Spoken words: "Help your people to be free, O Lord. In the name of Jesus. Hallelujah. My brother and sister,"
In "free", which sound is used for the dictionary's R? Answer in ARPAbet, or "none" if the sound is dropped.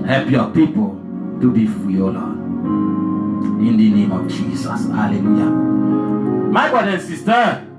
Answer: none